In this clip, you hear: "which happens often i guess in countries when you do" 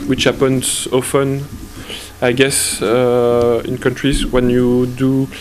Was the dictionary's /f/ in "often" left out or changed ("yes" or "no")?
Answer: no